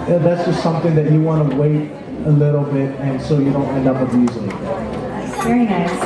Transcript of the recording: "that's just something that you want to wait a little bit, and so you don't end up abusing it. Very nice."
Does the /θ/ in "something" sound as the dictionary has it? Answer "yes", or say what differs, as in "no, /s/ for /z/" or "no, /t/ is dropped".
yes